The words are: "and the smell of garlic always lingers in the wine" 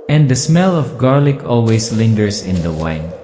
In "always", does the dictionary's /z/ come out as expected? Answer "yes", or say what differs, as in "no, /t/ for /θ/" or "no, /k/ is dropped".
no, /s/ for /z/